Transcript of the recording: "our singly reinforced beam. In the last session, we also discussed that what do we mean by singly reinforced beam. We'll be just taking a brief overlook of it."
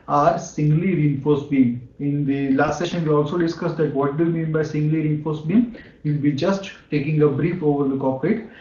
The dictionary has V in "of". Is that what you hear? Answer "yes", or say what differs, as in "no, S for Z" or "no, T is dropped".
no, P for V